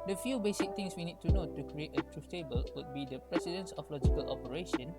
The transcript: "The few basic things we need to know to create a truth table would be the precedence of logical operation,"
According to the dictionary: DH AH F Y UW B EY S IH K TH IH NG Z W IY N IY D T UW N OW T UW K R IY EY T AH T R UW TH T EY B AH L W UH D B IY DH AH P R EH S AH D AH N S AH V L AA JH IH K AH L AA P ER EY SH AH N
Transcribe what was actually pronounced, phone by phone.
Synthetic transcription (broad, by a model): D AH F Y UW B EY S IH K T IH NG S W IY N IY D T UW N OW T UW K R IY EY T AH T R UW S T EY B AH L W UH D B IY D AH P R EH S AH D AH N S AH F L AA JH IH K AH L AA P ER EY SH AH N